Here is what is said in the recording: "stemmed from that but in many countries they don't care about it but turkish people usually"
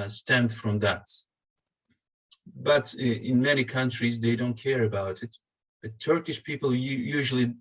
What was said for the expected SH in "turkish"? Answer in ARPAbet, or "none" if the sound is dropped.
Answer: SH